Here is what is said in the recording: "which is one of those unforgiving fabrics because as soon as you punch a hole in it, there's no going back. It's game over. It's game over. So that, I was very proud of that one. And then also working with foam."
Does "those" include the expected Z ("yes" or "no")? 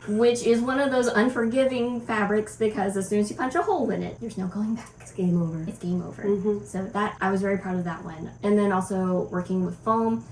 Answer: yes